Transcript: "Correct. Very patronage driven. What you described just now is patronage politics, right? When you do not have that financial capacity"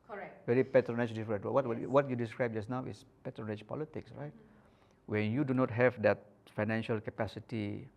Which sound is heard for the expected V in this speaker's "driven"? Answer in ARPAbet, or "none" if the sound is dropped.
W